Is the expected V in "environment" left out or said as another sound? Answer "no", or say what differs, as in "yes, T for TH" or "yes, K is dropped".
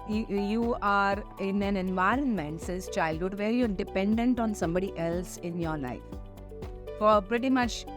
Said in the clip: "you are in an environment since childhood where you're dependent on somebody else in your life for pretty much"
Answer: no